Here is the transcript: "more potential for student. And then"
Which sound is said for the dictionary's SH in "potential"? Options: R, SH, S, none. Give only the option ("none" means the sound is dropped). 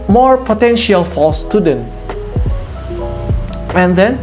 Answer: SH